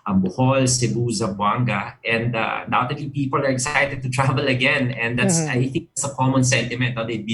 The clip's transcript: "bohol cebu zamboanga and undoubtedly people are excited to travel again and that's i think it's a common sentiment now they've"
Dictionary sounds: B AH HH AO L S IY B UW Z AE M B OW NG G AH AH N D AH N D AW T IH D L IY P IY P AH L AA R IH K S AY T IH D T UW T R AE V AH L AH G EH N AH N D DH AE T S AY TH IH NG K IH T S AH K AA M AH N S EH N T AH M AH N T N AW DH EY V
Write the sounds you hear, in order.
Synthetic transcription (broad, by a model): B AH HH AO L S IY B UW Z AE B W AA NG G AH AH N D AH D AW T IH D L IY P IY P AH L AA R IH K S AY T IH D T UW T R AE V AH L AH G EH N AH N D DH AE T S AY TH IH NG K IH T S AH K AA M AH N S EH N T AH M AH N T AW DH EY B